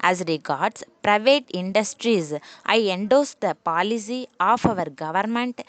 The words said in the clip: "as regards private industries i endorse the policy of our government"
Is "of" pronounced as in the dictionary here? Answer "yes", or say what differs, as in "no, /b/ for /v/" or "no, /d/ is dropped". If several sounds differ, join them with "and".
yes